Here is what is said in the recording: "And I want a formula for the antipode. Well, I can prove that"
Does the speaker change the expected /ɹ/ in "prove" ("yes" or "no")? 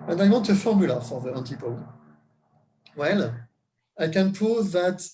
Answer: yes